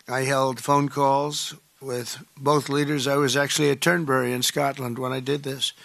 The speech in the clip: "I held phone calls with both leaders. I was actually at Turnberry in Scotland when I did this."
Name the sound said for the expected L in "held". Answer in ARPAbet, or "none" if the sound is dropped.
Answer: L